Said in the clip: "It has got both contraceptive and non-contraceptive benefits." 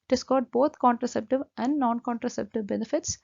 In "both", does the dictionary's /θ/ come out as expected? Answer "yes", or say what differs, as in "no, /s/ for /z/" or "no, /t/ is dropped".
no, /t/ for /θ/